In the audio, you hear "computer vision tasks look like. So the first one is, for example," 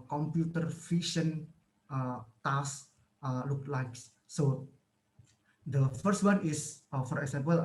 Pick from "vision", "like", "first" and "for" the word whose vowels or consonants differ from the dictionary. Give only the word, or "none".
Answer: vision